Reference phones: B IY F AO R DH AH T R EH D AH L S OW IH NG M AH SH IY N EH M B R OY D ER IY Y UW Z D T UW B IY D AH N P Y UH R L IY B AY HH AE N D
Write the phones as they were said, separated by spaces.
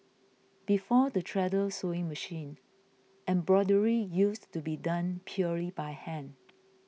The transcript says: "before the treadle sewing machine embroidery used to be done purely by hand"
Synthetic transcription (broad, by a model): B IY F AO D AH T R EH D AH L S OW IH NG M AH SH IY N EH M B R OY D ER IY Y UW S T UW B IY D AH N P Y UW L IY B AY HH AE N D